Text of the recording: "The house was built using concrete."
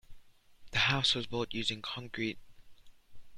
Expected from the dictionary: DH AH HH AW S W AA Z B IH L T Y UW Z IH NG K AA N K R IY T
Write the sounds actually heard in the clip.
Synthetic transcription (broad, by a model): DH AH HH AW S W AA Z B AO T Y UW Z IH NG K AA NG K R IY T